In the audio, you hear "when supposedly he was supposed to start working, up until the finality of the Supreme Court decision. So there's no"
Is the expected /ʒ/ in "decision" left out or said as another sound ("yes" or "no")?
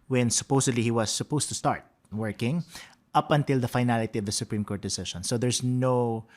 yes